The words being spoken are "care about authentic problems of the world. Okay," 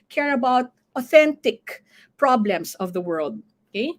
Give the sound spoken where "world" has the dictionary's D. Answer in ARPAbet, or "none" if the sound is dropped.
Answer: D